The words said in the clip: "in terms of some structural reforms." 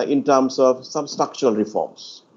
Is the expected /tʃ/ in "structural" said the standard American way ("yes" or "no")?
no